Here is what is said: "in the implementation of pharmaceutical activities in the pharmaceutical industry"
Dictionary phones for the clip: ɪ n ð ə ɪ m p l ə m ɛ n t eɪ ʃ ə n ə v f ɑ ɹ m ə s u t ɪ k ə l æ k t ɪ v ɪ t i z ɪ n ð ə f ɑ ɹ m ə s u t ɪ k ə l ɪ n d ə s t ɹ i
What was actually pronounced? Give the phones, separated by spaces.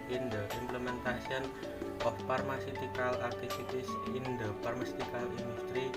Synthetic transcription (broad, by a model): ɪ n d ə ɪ m p l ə m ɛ n t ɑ s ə n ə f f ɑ ɹ m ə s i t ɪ k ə l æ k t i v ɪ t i s ɪ n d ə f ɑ ɹ m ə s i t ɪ k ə l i n d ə s t ɹ i